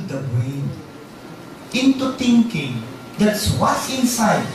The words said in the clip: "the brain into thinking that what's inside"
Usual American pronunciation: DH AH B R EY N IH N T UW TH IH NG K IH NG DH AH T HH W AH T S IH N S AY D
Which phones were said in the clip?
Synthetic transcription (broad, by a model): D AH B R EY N IH N T UW T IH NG K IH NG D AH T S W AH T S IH N S AY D